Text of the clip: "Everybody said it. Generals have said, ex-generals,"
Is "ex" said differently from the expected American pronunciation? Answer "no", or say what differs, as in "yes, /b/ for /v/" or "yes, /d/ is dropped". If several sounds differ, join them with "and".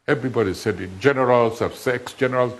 no